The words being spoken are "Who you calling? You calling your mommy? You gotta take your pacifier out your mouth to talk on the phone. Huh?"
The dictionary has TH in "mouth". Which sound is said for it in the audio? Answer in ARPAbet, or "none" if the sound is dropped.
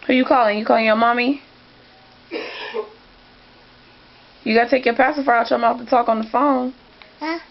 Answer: F